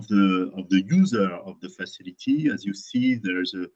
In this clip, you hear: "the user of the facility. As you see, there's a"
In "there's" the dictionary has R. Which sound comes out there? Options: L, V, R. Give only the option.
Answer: R